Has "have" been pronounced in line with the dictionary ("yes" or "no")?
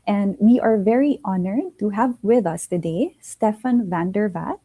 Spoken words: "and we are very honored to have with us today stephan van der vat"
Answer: yes